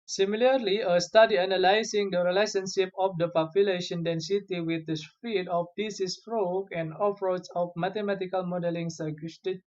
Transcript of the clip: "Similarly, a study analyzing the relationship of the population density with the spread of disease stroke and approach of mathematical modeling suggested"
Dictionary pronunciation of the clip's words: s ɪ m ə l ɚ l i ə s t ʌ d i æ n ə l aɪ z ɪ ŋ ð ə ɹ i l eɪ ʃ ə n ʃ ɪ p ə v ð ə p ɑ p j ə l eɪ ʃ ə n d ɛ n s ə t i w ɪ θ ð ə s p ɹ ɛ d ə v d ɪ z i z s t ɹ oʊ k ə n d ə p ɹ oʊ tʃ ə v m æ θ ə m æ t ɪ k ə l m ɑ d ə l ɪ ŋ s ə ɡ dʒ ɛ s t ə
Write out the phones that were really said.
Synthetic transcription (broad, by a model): s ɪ m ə l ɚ l i ə s t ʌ d i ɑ n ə l aɪ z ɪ ŋ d ə ɹ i l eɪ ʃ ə n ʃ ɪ p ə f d ə p ɑ p j ə l eɪ ʃ ə n d ɛ n s ə t i w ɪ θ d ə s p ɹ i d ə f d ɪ s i s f ɹ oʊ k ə n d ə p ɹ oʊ s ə f m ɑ t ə m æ t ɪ k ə l m ɑ d ə l ɪ ŋ s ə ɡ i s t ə